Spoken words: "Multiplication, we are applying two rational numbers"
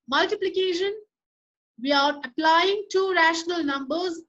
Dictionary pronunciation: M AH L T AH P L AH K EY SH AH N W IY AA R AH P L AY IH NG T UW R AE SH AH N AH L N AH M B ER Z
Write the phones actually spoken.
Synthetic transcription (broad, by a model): M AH L T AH P L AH K EY SH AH N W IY AA R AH P L AY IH NG T UW R AE SH AH N AH L N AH M B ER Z